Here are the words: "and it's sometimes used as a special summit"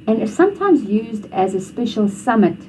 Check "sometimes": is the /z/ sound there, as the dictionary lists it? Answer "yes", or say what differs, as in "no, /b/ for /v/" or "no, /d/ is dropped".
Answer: yes